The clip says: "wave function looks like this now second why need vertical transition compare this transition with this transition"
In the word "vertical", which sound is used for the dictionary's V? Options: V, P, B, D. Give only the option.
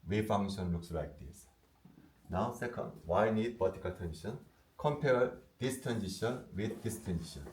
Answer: B